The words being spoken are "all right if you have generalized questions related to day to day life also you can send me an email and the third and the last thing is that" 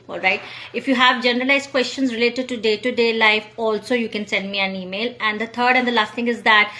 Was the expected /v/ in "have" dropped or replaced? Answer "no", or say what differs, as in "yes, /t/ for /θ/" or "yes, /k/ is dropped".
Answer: no